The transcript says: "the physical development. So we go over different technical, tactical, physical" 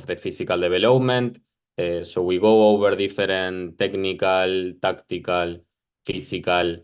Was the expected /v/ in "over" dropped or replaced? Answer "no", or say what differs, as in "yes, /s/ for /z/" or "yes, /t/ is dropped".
yes, /b/ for /v/